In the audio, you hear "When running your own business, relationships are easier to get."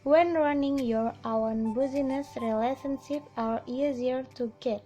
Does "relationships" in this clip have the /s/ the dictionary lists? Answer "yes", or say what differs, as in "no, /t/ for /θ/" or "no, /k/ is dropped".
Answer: no, /s/ is dropped